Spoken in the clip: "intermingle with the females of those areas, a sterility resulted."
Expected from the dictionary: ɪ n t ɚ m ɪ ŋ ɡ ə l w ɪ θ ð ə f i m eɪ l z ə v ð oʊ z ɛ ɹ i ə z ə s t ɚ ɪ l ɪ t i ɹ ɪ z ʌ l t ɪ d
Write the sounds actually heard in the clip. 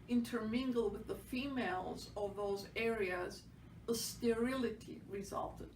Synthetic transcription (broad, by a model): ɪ n t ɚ m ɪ ŋ ɡ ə l w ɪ ð ə f i m eɪ l z ə v ð oʊ z ɛ ɹ i ə z ə s t ɚ ɪ l ɪ t i ɹ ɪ z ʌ l t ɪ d